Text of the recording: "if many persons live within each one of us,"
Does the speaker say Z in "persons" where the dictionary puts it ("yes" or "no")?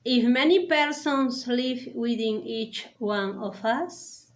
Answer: no